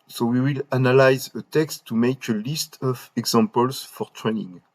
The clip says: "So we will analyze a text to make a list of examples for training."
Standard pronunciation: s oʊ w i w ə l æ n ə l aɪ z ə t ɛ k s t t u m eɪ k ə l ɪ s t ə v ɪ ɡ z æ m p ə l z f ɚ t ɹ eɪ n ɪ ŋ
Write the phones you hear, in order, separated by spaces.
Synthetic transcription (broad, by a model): s oʊ w i w ə l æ n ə l aɪ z ə t ɛ k s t t u m eɪ k ə l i s t ə v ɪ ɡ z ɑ m p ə l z f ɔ t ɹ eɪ n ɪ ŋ